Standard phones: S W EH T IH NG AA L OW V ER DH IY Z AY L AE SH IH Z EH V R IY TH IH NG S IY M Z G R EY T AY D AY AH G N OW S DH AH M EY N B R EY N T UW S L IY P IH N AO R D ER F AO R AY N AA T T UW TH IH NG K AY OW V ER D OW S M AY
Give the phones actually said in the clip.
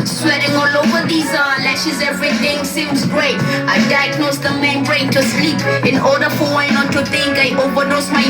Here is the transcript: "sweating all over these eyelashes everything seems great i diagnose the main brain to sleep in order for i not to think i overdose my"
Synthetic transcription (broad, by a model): S W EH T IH NG AA L OW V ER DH IY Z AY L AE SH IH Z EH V R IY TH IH NG S IY M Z G R EY T AY D AY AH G N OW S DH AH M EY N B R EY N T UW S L IY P IH N AO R D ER F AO W AY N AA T T UW T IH NG K AY OW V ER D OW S M AY